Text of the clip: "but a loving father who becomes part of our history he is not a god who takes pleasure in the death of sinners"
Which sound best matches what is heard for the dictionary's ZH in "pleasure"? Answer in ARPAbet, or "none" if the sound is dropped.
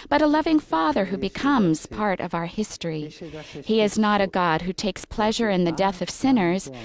ZH